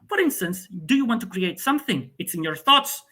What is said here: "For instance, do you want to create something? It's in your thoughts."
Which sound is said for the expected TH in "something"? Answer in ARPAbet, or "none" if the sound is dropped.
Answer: TH